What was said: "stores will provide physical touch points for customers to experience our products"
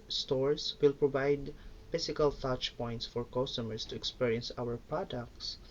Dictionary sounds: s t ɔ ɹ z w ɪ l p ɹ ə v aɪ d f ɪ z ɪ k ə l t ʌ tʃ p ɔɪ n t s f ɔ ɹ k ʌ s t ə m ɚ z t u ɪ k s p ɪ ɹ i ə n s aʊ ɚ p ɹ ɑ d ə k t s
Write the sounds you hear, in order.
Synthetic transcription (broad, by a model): s t ɔ ɹ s w ɪ l p ɹ ə v aɪ d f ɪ s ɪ k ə l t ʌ tʃ p ɔɪ n t s f ɔ ɹ k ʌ s t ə m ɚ s t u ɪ k s p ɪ ɹ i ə n s aʊ ɚ p ɹ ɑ d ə k t s